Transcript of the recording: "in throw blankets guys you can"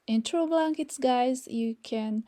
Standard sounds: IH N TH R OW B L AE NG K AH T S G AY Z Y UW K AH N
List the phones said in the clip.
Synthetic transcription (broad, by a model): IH N T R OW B L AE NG K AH T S G AY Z Y UW K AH N